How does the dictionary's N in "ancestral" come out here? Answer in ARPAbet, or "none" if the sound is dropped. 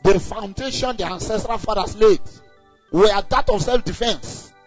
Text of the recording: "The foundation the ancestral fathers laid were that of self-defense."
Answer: N